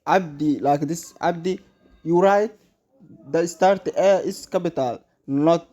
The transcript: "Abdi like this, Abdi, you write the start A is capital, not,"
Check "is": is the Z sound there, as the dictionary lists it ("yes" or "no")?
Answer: no